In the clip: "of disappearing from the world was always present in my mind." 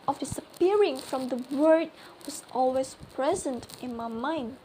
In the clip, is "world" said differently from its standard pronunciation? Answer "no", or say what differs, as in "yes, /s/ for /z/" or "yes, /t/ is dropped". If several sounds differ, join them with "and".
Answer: yes, /l/ is dropped